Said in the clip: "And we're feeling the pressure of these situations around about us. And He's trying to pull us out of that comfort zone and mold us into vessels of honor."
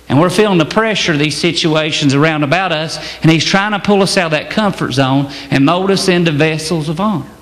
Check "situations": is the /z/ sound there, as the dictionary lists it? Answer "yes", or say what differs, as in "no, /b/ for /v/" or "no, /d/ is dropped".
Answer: yes